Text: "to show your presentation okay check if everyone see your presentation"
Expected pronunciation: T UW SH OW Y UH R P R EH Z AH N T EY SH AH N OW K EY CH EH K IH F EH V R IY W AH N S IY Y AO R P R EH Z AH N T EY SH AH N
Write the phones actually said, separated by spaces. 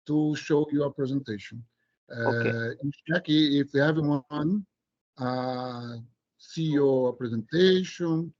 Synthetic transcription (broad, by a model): T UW SH OW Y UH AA P R EH Z AH N T EY SH AH N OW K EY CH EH K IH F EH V IY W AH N S IY Y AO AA P R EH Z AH N T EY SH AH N